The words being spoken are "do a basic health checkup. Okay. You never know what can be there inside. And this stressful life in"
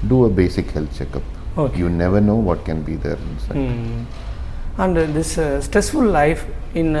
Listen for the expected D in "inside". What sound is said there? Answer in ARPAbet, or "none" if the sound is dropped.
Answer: none